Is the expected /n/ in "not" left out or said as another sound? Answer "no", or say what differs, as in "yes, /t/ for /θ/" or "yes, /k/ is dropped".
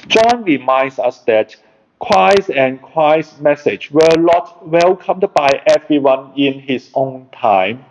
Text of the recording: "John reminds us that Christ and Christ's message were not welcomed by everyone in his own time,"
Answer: yes, /l/ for /n/